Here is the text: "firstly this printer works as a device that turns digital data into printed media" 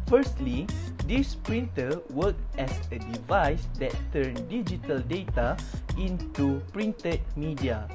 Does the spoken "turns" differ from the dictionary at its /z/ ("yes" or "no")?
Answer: yes